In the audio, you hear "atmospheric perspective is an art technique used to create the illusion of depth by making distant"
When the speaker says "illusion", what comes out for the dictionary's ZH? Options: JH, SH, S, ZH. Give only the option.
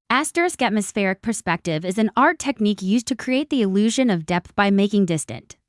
ZH